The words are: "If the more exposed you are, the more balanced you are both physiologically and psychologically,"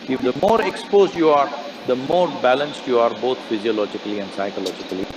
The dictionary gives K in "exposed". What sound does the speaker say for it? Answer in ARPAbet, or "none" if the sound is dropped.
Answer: K